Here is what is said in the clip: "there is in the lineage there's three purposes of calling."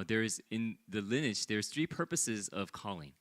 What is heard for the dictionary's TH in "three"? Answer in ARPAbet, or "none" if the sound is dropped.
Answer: TH